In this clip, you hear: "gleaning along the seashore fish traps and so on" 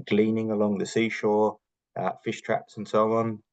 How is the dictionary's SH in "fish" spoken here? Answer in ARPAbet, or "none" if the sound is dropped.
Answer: SH